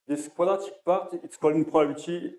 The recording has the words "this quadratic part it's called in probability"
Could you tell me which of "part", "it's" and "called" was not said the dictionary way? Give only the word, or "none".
called